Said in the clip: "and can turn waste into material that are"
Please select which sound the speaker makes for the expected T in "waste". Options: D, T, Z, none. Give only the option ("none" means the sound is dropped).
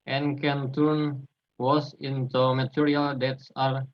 none